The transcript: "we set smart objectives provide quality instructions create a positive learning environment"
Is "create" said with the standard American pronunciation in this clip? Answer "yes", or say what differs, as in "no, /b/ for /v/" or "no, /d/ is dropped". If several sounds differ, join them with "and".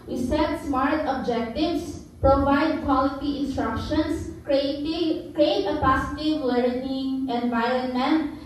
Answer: yes